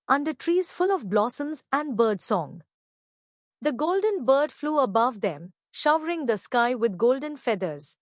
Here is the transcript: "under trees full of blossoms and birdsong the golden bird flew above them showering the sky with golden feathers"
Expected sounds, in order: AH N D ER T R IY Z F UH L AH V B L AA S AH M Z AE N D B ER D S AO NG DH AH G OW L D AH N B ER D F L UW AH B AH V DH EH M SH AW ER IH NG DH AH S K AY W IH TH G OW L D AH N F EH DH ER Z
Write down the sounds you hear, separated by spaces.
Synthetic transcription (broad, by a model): AH N D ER T R IY Z F UH L AH V B L AA S AH M Z AE N D B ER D S AO NG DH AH G OW L D AH N B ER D F L UW AH B AH V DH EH M SH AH ER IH NG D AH S K AY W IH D G OW L D AH N F EH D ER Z